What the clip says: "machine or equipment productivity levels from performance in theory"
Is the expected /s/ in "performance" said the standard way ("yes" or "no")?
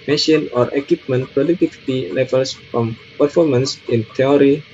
yes